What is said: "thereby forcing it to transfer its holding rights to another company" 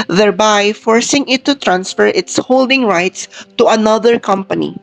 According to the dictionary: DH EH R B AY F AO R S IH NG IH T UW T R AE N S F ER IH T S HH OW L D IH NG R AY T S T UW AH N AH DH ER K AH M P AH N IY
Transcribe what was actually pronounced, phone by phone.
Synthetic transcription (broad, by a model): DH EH R B AY F AO R S IH NG IH T UW T R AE N S F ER IH T S HH OW L D IH NG R AY T S T UW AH N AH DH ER K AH M P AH N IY